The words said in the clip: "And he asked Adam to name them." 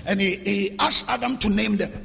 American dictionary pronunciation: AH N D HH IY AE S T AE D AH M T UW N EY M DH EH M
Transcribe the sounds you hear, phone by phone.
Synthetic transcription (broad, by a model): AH N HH HH IY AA S AA D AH M T UW N EY M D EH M